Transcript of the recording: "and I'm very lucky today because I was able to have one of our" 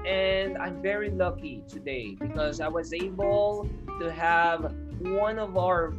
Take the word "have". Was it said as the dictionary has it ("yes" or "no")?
yes